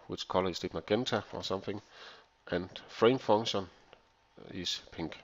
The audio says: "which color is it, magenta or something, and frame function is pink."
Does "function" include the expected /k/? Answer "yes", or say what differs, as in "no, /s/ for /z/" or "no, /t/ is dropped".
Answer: no, /k/ is dropped